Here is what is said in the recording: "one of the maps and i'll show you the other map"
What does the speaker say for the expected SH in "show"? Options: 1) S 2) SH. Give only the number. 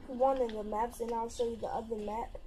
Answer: 1